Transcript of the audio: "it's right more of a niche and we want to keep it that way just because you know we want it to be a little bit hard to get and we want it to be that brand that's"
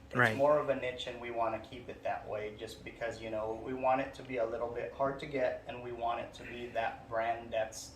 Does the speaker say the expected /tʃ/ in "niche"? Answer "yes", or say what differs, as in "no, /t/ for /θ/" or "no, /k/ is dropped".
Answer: yes